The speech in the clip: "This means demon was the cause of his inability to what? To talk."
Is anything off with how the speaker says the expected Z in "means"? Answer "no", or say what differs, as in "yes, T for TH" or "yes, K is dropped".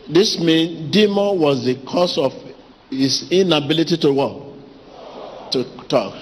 yes, Z is dropped